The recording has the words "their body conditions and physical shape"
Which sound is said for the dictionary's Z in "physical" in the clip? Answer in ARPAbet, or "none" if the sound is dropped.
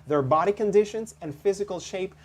Z